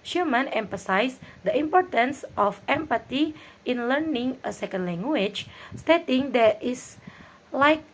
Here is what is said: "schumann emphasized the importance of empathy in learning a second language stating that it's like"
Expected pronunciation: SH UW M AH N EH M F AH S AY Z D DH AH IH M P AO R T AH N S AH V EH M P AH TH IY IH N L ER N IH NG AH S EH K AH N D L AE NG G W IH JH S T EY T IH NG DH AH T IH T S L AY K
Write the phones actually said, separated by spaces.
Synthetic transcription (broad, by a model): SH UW M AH N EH M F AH S AY S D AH IH M P AO R T AH N S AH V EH M P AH T IY IH N L ER N IH NG AH S EH K AH N D L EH NG G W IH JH S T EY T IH NG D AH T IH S L AY K